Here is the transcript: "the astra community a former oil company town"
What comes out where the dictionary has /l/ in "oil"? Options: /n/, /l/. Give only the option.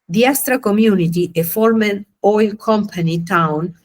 /l/